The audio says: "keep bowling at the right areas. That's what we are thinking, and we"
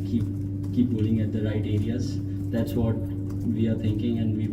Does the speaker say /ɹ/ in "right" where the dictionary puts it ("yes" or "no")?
yes